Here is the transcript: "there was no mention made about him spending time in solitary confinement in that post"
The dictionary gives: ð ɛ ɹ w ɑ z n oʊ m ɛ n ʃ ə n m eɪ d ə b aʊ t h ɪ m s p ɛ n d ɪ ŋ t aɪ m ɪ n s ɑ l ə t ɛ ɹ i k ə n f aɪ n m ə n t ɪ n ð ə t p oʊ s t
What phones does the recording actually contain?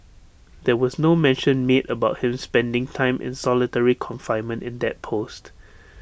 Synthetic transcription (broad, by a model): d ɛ w ɑ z n oʊ m ɛ n ʃ ə n m eɪ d ə b aʊ t h ɪ m s p ɛ n d ɪ ŋ t aɪ m ɪ n s ɑ l ə t ɛ ɹ i k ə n f aɪ n m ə n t ɪ n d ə t p oʊ s t